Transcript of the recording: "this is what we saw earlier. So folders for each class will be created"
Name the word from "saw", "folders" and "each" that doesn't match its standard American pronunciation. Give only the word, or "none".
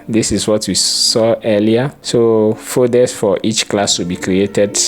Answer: folders